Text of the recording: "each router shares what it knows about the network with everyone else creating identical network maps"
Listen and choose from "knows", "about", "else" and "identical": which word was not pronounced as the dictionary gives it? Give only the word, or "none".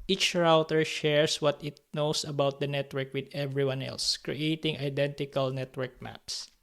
knows